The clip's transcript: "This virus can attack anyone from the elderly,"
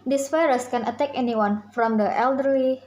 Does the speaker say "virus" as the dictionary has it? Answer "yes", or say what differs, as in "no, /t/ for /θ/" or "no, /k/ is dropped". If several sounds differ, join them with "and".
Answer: no, /f/ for /v/